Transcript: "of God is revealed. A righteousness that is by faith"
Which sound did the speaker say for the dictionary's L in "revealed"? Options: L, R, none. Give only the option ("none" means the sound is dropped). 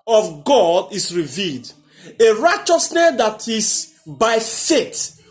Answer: L